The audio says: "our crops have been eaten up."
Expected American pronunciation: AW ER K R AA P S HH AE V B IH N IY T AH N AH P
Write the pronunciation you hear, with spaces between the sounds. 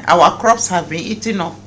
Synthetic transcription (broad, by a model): AW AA K R AA P S HH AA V B IH N IY T AH N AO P